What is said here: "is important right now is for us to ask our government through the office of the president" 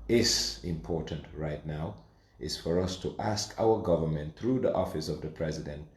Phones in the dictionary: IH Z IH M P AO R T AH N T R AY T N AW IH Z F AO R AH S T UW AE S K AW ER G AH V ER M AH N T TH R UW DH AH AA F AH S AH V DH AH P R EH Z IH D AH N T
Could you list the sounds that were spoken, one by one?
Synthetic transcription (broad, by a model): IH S IH M P AO R T AH N T R AY T N AW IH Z F AO R AH S T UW AE S K AW ER G AH V ER M AH N T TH R UW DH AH AA F AH S AH V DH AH P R EH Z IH D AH N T